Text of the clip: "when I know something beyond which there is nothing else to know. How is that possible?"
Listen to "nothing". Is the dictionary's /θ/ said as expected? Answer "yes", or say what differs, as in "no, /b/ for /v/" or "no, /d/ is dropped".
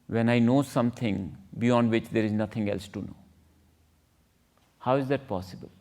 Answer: no, /t/ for /θ/